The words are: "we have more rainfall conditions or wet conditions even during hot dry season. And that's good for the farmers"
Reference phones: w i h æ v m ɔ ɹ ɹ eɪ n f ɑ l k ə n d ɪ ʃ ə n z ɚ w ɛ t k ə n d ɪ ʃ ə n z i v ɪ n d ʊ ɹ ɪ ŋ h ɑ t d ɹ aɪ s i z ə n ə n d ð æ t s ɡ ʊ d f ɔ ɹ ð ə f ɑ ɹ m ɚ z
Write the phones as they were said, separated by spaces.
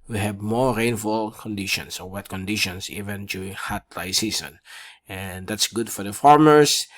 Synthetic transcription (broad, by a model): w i h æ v m ɔ ɹ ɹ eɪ n f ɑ l k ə n d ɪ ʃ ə n s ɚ w ɛ t k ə n d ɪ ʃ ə n s i v ɪ n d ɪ h ɑ t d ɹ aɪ s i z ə n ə n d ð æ t s ɡ ʊ d f ɔ ɹ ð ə f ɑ ɹ m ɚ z